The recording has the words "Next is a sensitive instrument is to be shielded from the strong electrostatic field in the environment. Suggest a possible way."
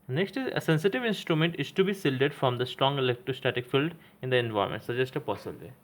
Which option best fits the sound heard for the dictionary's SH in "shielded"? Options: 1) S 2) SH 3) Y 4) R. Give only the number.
1